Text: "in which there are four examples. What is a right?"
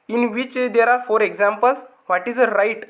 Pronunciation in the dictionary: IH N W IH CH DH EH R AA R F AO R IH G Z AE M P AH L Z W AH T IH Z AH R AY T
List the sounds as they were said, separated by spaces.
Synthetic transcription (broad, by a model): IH N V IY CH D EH R AA R F AO R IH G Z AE M P AH L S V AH T IH Z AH R AY T